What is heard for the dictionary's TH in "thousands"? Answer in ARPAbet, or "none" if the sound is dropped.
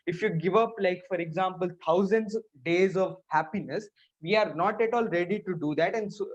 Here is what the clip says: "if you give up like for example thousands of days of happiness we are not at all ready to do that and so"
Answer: T